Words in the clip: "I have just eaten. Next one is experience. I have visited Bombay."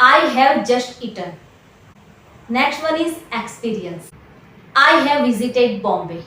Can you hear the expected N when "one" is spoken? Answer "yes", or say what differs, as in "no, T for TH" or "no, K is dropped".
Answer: no, L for N